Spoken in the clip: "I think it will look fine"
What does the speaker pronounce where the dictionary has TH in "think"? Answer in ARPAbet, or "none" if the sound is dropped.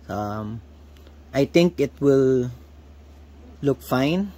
T